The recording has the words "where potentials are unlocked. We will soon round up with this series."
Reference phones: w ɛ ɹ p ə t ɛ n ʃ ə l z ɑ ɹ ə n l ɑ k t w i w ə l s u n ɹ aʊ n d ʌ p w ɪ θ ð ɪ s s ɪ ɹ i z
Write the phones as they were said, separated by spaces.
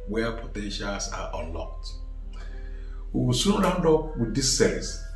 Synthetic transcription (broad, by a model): w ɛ p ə t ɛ n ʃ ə l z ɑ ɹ ə n l ɑ k t w i w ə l s u n ɹ aʊ n d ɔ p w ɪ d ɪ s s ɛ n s